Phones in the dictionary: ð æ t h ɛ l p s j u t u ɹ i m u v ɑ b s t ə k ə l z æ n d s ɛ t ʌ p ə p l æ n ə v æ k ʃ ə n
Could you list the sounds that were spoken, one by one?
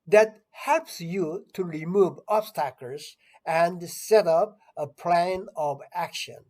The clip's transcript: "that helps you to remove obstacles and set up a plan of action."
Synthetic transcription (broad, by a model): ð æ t h ɛ l p s j u t u ɹ i m u v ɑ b s t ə k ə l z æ n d s ɛ t ʌ p ə p l æ n ə v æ k ʃ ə n